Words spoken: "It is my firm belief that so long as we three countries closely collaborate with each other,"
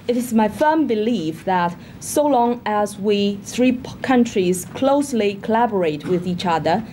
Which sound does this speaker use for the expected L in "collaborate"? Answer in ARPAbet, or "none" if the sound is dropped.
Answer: L